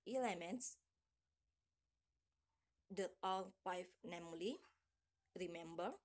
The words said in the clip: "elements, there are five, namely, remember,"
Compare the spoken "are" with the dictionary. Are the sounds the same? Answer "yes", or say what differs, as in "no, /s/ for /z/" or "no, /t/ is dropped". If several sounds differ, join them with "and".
no, /l/ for /ɹ/